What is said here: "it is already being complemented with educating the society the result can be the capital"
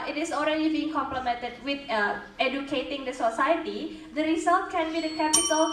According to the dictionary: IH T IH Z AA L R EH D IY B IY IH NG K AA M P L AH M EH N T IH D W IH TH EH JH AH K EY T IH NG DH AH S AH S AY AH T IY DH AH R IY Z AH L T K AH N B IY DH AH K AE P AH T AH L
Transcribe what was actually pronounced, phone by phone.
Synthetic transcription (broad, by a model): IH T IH S AA L R EH D IY B IY IH NG K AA M P L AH M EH N T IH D W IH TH EH JH AH K EY T IH NG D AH S AH S AY AH T IY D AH R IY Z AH L T K AH N B IY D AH K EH P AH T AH L